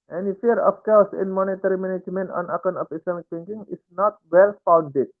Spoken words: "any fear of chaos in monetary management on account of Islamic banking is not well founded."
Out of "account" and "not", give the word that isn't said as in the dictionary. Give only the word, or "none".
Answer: account